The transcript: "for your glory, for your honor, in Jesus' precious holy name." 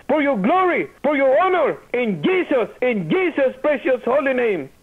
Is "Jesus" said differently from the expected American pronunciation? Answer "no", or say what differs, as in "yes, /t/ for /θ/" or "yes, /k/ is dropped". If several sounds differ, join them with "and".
yes, /s/ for /z/